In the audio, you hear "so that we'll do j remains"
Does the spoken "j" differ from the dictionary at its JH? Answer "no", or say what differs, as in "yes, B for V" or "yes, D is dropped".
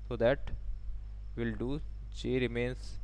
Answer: yes, CH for JH